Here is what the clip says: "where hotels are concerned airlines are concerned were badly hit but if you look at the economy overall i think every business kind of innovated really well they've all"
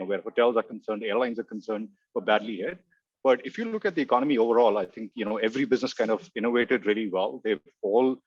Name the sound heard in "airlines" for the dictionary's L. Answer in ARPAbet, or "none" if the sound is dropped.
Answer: L